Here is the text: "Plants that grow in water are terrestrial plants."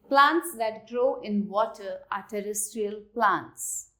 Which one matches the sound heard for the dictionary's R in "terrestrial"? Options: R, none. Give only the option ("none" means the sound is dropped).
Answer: R